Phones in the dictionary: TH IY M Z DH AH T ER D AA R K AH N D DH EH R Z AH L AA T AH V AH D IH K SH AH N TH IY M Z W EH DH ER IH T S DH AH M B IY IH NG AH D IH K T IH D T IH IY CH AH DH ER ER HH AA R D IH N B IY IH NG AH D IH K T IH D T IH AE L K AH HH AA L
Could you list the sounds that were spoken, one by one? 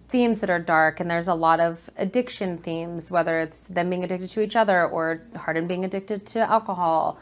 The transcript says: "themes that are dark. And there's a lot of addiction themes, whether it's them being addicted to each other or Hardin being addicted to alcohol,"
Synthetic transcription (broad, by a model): TH IY M Z DH AH T ER D AA R K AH N DH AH R Z AH L AA T AH V AH D IH K SH AH N TH IY M Z W EH DH ER IH T S DH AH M B IY IH NG AH D IH K T IH D T IH IY CH AH DH ER ER HH AA R D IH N B IY IH NG AH D IH K T IH D T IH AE L K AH HH AA L